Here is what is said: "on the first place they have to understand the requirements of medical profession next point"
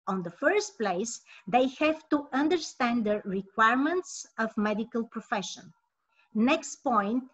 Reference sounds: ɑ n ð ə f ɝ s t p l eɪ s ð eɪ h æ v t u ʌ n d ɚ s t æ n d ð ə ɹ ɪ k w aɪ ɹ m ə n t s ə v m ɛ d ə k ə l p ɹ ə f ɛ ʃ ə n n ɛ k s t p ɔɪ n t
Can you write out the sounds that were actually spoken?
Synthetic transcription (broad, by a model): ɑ n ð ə f ɝ s t p l eɪ s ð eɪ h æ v t u ʌ n d ɚ s t æ n d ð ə ɹ ɪ k w aɪ ɹ m ə n t s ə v m ɛ d ə k ə l p ɹ ə f ɛ ʃ ə n n ɛ k s t p ɔɪ n t